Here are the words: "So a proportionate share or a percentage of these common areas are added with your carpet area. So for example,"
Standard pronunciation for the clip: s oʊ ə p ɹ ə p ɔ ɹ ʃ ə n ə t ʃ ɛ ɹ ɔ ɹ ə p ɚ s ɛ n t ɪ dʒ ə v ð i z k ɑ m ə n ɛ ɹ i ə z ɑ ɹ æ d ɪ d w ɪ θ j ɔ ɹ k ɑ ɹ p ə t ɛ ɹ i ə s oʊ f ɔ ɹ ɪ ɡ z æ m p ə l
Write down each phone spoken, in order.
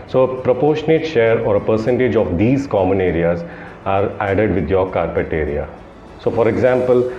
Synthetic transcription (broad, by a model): s oʊ ə p ɹ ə p ɔ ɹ ʃ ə n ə t ʃ ɛ ɹ ɔ ɹ ə p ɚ s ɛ n t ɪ dʒ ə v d i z k ɑ m ə n ɛ ɹ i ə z ɑ ɹ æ d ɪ d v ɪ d j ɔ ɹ k ɑ ɹ p ə t ɛ ɹ i ə s oʊ f ɔ ɹ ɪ ɡ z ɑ m p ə l